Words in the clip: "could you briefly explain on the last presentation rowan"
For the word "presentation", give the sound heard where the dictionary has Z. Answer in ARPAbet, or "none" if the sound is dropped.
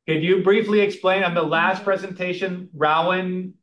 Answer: Z